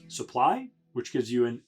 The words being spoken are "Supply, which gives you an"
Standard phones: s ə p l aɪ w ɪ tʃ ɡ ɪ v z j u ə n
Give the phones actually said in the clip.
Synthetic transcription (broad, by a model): s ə p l aɪ w ɪ tʃ ɡ ɪ v z j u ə n